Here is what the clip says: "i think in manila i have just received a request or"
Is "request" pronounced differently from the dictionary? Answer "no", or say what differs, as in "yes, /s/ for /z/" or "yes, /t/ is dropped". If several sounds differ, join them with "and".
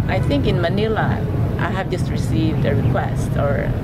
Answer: no